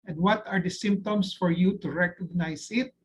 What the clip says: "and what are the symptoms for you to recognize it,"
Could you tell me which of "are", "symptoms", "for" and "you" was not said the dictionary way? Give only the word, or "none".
symptoms